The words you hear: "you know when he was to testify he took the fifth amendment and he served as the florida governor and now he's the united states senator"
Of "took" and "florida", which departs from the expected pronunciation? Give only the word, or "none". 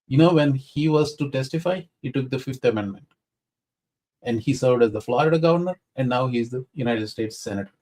florida